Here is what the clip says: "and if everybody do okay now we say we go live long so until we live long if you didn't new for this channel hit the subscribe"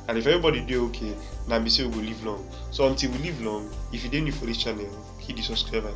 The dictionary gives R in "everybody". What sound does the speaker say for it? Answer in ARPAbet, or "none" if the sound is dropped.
none